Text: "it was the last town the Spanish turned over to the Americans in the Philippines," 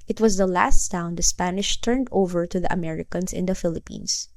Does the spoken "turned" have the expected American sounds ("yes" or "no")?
yes